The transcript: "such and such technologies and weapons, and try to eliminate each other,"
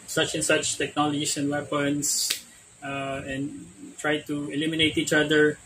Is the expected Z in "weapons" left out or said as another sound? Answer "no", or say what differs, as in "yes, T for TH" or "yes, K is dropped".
yes, S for Z